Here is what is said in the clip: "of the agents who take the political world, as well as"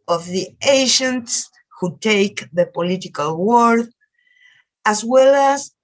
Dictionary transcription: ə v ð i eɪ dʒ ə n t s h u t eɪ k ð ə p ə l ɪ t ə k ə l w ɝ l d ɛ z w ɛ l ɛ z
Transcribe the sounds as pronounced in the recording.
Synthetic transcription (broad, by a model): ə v ð i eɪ ʃ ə n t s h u t eɪ k ð ə p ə l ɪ t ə k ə l w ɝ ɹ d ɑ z w ɛ l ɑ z